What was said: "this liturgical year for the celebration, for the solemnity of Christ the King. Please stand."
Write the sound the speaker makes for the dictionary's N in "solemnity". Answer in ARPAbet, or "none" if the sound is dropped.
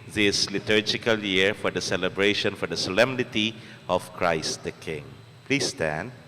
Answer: N